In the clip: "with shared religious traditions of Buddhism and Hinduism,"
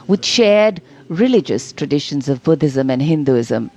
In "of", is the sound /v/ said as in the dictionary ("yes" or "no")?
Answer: yes